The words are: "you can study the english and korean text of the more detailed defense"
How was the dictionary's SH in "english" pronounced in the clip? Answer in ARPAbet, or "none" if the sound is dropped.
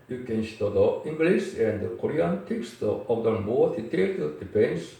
S